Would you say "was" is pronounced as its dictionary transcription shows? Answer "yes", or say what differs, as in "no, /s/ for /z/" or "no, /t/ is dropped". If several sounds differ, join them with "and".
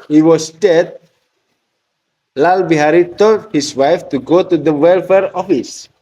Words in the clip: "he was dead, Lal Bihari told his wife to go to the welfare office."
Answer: no, /s/ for /z/